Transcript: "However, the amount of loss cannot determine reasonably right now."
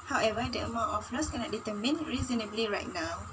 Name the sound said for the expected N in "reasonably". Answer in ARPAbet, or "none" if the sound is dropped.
N